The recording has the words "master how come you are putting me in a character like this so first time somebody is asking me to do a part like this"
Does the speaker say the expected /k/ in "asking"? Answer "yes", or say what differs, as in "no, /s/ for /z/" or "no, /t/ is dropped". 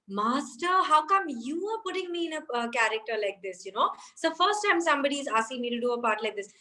no, /k/ is dropped